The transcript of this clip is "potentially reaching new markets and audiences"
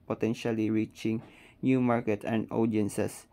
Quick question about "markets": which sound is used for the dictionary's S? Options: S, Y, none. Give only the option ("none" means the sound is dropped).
none